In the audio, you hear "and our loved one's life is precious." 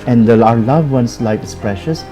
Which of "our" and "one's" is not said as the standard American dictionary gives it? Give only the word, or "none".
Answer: one's